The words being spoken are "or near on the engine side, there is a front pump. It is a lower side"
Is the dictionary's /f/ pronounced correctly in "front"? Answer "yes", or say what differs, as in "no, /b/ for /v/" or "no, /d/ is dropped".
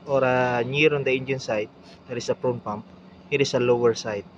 no, /p/ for /f/